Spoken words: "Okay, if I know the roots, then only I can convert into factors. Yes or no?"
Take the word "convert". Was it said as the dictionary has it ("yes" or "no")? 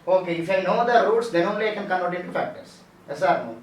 no